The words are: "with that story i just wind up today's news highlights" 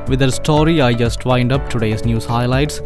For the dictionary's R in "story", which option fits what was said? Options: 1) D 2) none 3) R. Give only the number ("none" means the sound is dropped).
3